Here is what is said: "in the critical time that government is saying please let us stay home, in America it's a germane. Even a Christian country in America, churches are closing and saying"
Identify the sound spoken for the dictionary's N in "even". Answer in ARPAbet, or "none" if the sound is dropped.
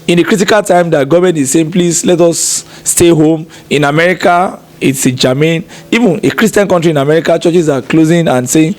N